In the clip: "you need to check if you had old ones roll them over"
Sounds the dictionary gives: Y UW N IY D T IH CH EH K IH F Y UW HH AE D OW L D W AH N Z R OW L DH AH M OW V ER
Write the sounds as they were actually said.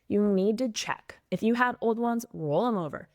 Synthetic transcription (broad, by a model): Y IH N IY D T IH CH EH K IH F Y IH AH D OW L D W AH N Z R OW L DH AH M OW V ER